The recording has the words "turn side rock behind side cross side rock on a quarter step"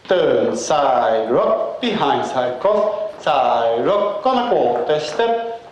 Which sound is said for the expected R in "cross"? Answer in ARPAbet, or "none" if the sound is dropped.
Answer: none